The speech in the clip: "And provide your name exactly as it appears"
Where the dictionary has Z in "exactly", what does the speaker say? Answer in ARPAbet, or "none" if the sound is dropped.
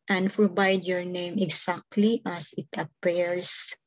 S